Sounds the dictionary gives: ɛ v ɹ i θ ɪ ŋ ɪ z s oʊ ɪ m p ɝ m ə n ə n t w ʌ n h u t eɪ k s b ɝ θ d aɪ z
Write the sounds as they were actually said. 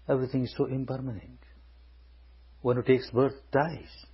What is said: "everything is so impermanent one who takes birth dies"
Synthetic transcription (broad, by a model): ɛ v ɹ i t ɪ ŋ ɪ z s oʊ ɪ m p ɝ m ə n ə n t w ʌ n h u t eɪ k s b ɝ t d aɪ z